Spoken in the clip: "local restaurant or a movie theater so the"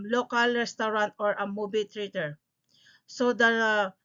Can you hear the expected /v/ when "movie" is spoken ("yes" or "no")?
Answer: no